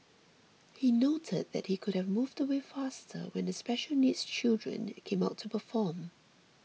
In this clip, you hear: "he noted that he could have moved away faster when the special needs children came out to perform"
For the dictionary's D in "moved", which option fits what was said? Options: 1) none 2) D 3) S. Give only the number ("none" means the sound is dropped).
2